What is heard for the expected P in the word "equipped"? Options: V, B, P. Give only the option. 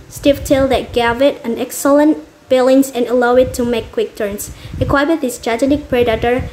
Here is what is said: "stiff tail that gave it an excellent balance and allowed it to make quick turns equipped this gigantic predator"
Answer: B